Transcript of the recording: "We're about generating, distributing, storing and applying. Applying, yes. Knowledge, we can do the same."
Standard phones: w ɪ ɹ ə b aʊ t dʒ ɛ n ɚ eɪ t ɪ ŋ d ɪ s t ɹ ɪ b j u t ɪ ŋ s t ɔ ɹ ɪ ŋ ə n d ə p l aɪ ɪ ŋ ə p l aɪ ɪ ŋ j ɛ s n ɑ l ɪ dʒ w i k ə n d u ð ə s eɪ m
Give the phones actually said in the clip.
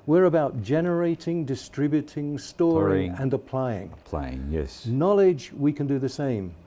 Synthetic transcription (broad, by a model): w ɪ ɹ ə b aʊ t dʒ ɛ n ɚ eɪ t ɪ ŋ d ɪ s t ɹ ɪ b j u t ɪ ŋ s t ɔ ɹ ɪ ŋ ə n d ə p l aɪ ɪ ŋ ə p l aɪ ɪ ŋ j ɛ s n ɑ l ɪ dʒ w i k ə n d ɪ ð ə s eɪ m